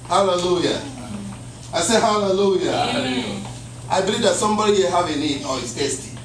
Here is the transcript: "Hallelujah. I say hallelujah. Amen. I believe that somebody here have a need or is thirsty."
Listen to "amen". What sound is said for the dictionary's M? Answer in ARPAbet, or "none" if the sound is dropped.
none